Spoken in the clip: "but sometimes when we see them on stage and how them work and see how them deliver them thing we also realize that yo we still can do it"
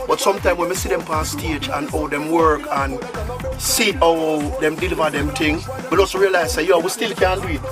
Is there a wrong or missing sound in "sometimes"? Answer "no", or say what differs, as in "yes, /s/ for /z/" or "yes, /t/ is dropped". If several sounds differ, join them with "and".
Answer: yes, /z/ is dropped